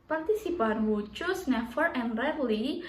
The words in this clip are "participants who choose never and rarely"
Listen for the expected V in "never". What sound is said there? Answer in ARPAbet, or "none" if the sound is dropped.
F